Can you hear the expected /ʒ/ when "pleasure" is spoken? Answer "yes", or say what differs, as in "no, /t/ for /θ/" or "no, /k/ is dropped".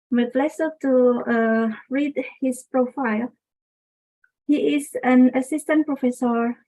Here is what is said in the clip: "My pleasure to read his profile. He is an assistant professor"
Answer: no, /s/ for /ʒ/